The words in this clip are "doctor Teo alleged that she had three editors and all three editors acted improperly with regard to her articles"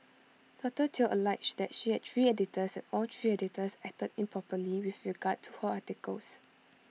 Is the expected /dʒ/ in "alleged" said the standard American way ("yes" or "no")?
no